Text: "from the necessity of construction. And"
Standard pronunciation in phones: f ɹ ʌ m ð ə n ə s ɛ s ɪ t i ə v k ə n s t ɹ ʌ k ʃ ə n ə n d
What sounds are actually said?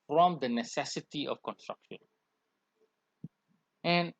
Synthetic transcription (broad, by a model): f ɹ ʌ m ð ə n ə s ɛ s ɪ t i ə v k ə n s t ɹ ʌ k ʃ ə n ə n